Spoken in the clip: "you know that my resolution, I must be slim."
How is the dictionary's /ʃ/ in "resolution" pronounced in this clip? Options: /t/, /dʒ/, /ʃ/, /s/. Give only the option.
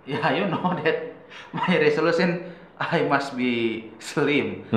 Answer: /s/